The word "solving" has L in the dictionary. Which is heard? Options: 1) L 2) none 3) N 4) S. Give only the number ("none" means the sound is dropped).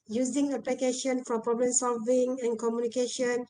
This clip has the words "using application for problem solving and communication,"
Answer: 1